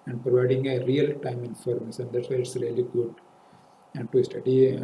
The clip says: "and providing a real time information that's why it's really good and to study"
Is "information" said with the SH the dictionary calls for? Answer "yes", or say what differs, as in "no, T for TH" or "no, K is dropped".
no, S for SH